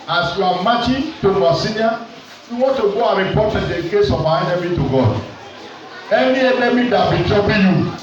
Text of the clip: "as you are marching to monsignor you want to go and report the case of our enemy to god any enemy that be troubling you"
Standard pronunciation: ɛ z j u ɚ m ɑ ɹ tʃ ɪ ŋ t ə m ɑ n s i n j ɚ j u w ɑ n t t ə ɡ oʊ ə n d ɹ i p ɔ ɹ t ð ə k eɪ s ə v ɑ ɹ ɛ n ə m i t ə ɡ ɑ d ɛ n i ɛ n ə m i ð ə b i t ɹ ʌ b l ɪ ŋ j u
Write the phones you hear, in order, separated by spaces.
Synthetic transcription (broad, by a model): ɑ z j u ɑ m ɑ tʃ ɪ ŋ t ə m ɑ s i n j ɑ j u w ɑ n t t ə ɡ oʊ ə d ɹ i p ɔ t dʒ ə k eɪ s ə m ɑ ɛ n ə m i t ə ɡ ɑ d ɛ n i ɛ n ə m i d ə b i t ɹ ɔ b ɪ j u